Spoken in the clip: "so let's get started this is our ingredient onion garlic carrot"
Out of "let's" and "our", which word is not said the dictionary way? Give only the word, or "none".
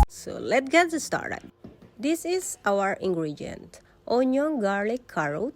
let's